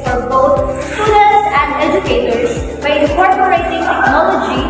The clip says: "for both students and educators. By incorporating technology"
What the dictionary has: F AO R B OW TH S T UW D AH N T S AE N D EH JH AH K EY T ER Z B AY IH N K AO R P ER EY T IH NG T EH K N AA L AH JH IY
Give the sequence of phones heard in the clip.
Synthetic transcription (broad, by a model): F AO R B OW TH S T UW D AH T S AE N D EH JH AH K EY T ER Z B AY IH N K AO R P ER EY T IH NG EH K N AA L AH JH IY